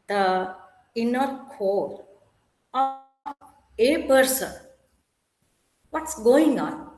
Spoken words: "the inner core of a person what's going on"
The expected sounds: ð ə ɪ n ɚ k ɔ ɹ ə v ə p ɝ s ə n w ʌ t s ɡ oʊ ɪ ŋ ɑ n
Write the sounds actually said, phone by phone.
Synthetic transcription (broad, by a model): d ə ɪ n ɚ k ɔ l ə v ə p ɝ s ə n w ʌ t s ɡ oʊ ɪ ŋ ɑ n